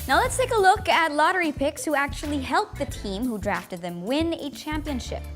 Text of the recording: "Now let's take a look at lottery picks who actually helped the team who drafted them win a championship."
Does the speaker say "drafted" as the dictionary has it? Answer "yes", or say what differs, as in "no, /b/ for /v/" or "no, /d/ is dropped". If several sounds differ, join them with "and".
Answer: yes